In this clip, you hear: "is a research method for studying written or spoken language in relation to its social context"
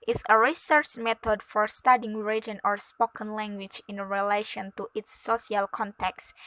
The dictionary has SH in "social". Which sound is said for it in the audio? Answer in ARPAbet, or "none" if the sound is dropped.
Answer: none